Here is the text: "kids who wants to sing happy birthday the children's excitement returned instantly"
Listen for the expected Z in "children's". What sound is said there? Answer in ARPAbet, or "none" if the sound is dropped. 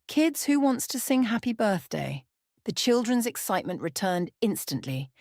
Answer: Z